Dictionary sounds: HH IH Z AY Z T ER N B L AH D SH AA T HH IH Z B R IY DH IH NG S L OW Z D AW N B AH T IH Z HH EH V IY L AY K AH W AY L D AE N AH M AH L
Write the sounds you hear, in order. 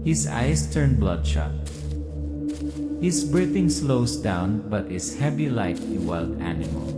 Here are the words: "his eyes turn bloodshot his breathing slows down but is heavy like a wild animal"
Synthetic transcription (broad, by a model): HH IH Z AY S T ER N B L AH D SH AA T HH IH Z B R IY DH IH NG S L OW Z D AW N B AH T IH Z HH EH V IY L AY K AH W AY L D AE N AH M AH L